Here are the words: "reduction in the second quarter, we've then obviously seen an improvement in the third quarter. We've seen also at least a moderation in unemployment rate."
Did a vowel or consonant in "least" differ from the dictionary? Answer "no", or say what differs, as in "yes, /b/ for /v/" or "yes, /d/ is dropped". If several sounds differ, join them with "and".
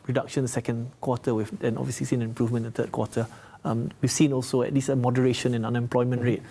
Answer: yes, /t/ is dropped